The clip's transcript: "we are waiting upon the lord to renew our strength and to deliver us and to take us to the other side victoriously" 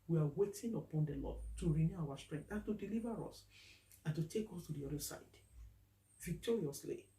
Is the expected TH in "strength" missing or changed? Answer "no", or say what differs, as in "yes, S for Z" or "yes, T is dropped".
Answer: yes, T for TH